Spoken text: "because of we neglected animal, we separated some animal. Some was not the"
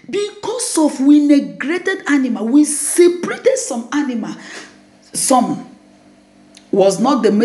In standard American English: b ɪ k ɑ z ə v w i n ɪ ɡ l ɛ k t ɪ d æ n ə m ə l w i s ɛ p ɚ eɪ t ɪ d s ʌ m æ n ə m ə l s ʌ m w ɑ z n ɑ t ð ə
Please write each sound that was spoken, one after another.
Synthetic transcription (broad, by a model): b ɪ k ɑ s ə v w i n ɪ ɡ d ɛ t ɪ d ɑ n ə m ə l w i s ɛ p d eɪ t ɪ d s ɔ m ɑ n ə m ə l s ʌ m w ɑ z n ɑ t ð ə